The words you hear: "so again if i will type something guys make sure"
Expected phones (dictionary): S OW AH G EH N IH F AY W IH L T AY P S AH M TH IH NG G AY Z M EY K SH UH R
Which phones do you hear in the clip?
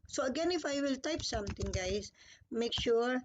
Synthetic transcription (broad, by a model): S OW AH G EH N IH F AY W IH L T AY P S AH M T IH NG G AY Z M EY K SH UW R